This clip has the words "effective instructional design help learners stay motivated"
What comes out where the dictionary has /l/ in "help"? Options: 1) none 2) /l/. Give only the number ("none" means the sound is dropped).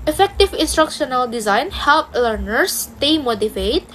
2